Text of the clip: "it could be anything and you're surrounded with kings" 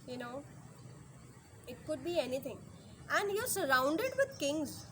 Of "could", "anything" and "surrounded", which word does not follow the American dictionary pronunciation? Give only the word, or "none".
anything